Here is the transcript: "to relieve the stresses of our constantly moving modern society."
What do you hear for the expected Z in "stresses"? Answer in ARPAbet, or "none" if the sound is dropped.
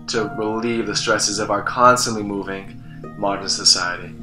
Z